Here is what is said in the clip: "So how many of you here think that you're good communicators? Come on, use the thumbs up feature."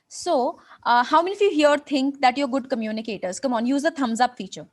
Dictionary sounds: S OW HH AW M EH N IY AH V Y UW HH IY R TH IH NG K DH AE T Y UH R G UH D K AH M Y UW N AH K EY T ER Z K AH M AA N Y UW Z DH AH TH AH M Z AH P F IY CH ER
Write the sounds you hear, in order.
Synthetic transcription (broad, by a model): S OW HH AW M EH N IY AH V Y UW HH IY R T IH NG K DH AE T Y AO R G UH D K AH M Y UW N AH K EY T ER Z K AH M AA N Y UW Z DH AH T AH M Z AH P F IY CH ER